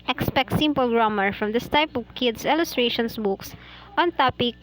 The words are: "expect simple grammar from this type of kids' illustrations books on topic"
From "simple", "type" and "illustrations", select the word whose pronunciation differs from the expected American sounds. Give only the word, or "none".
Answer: illustrations